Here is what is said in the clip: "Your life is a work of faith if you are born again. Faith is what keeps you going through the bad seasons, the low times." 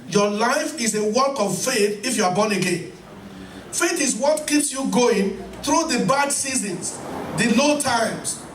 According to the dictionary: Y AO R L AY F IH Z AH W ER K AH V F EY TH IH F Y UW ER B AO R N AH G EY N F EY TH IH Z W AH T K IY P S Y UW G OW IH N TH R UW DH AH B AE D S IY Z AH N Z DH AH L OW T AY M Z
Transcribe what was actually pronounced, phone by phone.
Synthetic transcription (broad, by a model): Y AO L AY F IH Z AH W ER K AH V F EY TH IH F Y UW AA B AO N AH G EY N F EY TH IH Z W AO T K IY P S Y UW G OW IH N TH R UW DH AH B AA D S IY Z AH N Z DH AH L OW T AY M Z